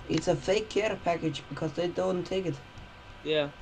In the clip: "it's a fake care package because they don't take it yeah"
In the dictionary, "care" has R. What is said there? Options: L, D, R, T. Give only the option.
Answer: R